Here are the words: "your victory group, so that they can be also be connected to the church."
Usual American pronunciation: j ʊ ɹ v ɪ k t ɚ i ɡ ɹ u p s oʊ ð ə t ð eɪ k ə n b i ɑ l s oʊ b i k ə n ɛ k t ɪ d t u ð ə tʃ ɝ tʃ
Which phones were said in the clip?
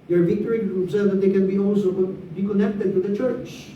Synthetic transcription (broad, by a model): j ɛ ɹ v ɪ k t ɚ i ɹ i b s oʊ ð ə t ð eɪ k ə n b i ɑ l s oʊ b i k ə n ɛ k t ɪ d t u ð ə tʃ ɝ tʃ